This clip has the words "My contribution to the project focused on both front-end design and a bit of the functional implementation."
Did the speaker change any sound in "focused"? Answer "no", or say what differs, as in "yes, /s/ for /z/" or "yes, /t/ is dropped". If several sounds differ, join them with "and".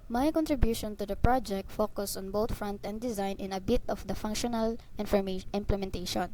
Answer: yes, /t/ is dropped